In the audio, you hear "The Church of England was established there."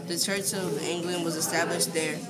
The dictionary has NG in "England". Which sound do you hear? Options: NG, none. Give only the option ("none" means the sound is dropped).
NG